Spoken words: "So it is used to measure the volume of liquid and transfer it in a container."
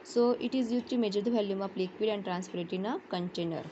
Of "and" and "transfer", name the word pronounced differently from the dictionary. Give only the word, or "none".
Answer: transfer